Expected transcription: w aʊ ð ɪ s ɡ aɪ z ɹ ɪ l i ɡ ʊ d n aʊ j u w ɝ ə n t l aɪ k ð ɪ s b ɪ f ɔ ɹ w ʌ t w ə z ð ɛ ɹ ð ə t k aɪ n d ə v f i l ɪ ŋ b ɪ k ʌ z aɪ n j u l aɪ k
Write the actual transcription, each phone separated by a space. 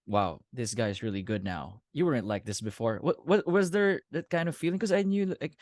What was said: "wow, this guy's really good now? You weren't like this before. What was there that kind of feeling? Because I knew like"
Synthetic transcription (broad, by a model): w aʊ ð ɪ s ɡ aɪ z ɹ ɪ l i ɡ ʊ d n aʊ j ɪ w ɝ ə n t l aɪ k ð ɪ s b ɪ f ɔ ɹ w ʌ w w ə z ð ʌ ɹ ð ə t k aɪ n d ə v f i l ɪ ŋ k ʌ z aɪ n j u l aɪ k